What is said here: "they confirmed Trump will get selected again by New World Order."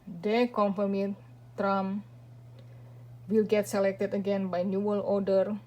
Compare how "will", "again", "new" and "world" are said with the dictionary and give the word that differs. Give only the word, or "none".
world